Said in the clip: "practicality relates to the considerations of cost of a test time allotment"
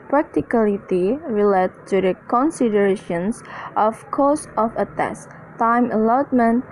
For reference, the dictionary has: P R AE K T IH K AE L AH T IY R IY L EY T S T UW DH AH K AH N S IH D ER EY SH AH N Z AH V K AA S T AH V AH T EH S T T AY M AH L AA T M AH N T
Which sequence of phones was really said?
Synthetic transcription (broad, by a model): P R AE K T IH K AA L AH T IY R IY L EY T T UW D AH K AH N S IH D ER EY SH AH N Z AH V K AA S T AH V AH T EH S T T AY M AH L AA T M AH N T